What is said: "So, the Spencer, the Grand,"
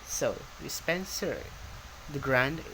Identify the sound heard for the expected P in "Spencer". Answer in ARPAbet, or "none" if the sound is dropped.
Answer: P